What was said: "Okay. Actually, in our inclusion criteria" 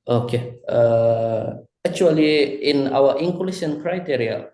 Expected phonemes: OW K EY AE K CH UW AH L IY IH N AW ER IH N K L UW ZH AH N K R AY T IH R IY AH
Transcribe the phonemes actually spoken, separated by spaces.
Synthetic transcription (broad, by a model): OW K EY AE K CH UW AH L IY IH N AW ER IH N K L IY SH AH N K R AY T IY R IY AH